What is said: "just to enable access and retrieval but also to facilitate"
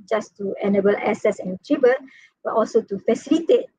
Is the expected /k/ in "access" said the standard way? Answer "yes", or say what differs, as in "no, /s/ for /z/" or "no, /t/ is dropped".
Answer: no, /k/ is dropped